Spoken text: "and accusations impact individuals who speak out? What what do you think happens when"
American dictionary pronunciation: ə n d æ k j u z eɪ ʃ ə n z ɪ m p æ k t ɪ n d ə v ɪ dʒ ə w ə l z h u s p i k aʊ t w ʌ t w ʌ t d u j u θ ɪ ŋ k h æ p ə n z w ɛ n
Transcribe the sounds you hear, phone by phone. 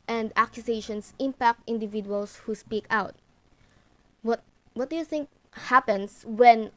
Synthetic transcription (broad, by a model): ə n d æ k j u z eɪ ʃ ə n s ɪ m p æ k t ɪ n d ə v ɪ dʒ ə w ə l s h u s p i k aʊ t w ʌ t w ʌ t d u j u θ ɪ ŋ k h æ p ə n s w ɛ n